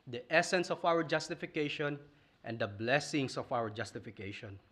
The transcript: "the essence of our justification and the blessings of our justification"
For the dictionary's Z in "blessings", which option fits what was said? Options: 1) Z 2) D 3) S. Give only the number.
3